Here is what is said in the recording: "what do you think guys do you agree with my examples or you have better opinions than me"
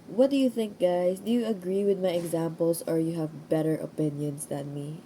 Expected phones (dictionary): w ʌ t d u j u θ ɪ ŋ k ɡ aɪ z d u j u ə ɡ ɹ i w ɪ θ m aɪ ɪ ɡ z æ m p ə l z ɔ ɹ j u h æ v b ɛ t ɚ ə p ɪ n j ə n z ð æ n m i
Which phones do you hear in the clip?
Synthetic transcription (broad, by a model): w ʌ t d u j u θ ɪ ŋ k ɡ aɪ s d u j u ə ɡ ɹ i w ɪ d m aɪ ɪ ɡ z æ m p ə l s ɔ ɹ j u h æ v b ɛ t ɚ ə p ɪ n j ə n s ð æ n m i